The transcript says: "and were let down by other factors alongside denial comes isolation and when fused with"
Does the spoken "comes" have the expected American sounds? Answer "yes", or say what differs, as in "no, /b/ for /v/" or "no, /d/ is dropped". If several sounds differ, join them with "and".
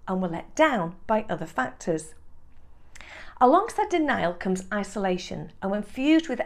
yes